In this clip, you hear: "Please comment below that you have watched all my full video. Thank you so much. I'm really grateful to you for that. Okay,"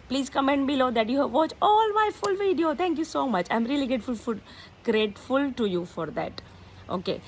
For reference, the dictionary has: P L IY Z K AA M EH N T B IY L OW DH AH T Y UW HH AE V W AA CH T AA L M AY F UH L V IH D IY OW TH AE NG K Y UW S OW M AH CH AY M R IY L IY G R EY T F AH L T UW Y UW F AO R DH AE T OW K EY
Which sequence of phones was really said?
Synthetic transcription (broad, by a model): P L IY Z K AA M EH N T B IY L OW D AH T Y UW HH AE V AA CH AA L M AY F UH L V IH D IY OW T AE NG K Y UW S OW M AH CH AY M R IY L IY G R EY T F AH L T UW Y UW F AO R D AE T OW K EY